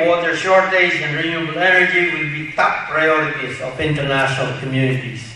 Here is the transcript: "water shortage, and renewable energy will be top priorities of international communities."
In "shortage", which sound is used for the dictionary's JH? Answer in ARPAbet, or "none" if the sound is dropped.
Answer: Z